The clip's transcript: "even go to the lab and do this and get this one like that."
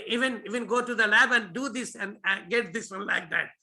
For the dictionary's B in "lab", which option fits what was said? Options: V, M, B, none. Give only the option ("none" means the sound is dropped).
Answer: B